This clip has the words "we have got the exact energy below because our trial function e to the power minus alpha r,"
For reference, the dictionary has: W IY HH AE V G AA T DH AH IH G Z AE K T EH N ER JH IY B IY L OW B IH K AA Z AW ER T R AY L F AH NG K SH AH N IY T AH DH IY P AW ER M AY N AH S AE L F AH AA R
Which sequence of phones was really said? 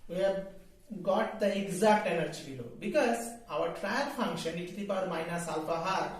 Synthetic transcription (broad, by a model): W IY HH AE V G AA T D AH IH G Z AE K T EH N ER JH IY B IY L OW B IH K AA Z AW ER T R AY N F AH NG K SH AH N IY T AH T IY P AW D M AY N AH S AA L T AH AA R